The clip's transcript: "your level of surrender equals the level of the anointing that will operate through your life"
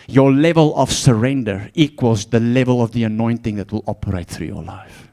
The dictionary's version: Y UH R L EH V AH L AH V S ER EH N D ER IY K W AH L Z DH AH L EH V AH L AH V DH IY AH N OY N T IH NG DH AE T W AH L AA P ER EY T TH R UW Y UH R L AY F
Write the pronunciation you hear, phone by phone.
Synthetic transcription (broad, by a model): Y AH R L EH V AH L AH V S ER EH N D ER IY K W AH L Z DH AH L EH V AH L AH V DH IY AH N OY N T IH NG DH AE T W AH L AA P ER EY T TH R UW Y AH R L AY F